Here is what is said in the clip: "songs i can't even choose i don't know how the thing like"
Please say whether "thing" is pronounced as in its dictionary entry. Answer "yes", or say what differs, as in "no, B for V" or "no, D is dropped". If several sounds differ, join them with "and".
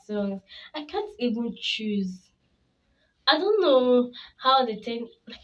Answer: no, T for TH